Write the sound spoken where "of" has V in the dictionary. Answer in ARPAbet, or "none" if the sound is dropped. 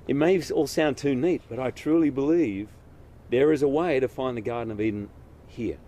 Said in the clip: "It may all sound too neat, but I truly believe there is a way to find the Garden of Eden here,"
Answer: V